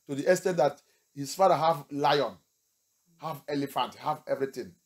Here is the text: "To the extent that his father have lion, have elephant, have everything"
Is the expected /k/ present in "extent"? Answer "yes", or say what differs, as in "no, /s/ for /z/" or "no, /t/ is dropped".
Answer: no, /k/ is dropped